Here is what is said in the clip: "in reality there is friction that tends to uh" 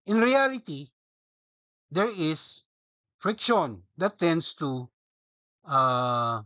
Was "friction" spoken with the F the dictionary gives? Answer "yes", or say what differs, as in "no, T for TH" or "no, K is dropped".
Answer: yes